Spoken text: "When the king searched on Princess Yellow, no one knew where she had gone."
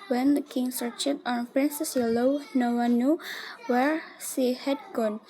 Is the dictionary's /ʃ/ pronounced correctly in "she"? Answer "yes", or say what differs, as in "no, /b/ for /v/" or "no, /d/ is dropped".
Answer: no, /s/ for /ʃ/